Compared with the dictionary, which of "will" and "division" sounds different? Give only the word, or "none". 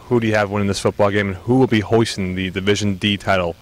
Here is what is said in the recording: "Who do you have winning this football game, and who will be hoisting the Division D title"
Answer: none